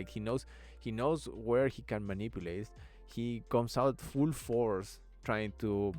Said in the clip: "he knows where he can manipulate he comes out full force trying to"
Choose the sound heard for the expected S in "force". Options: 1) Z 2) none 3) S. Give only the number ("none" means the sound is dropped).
3